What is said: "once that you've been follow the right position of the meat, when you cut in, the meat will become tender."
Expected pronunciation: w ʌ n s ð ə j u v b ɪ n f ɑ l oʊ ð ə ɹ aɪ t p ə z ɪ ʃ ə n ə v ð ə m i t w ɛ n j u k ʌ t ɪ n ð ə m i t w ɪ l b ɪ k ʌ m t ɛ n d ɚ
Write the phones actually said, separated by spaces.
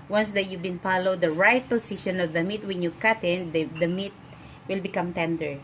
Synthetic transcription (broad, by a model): w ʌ n s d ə j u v b ɪ n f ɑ l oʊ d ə ɹ aɪ t p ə s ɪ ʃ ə n ə v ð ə m i t w ɛ n j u k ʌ t ɪ n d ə m i t w ɪ l b ɪ k ʌ m t ɛ n d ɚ